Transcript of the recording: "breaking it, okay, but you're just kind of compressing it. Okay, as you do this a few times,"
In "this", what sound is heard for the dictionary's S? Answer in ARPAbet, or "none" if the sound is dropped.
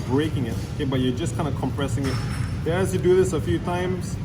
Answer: S